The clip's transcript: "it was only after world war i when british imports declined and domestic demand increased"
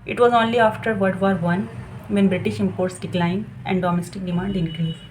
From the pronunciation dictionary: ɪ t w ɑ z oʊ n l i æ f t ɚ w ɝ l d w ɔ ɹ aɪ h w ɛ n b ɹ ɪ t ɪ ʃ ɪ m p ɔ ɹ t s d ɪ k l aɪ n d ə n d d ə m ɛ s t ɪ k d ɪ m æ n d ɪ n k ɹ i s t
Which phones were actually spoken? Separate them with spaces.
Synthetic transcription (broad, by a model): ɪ t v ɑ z oʊ n l i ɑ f t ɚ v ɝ d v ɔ ɹ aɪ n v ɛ n b ɹ ɪ t ɪ ʃ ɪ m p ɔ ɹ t s d ɪ k l aɪ n d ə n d d ə m ɛ s t ɪ k d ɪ m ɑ n d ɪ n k ɹ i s